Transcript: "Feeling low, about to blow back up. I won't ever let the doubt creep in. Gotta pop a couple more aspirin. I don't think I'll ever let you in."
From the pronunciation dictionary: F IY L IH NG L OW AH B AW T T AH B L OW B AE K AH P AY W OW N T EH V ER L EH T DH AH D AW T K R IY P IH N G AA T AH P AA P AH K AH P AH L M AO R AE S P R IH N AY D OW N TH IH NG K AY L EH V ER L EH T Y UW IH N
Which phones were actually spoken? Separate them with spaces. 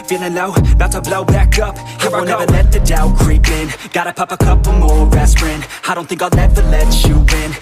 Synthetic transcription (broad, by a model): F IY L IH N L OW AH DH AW T S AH B L OW B AE K AH P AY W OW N EH V ER L EH T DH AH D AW K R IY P IH N G AA T AH P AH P AH K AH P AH M AO R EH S R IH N AY D OW N TH IH NG K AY N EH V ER L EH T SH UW IH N